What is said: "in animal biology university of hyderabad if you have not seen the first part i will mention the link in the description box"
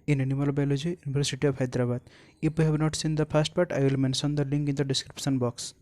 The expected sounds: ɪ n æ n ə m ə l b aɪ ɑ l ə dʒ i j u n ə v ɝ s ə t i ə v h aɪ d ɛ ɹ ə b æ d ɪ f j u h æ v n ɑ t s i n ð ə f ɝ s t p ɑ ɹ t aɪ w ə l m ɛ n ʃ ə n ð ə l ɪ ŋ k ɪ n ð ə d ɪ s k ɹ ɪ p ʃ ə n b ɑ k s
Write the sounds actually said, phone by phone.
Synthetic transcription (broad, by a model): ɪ n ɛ n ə m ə l b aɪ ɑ l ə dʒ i j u n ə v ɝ s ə t i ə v h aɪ d ɹ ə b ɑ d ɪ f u h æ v n ɑ t s i n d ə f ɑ s t p ɑ ɹ t aɪ l m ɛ n s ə n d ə l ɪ ŋ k ɪ n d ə d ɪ s k ɹ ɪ p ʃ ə n b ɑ k s